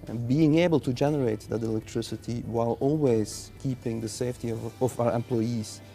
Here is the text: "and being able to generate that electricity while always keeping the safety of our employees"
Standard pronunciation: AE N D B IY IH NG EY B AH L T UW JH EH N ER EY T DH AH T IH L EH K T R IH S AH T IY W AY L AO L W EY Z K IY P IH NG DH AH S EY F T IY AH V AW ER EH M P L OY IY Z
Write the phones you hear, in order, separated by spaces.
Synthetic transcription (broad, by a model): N B IY IH NG EY B AH L T UW JH EH N ER EY T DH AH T IH L EH K T R IH S AH T IY W AY L AO L W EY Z K IY P IH NG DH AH S EY F T IY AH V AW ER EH M P L OY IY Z